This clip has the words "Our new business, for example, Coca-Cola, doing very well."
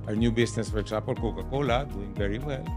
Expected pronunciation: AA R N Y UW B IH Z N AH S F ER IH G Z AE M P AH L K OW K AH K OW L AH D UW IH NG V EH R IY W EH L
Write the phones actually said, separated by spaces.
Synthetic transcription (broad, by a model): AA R N Y UW B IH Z N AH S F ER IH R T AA P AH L K OW K AH K OW L AH D UW IH NG V EH R IY W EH L